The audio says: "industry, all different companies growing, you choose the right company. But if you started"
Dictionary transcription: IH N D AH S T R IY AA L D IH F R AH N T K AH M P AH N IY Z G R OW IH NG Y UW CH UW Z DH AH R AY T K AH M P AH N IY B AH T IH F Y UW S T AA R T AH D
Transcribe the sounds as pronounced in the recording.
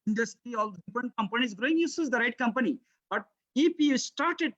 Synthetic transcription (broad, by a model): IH N D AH S T R IY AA L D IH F R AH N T K AH M P AH N IY Z G R OW IH NG Y UW S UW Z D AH R AY T K AH M P AH N IY B AH T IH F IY S T AA R T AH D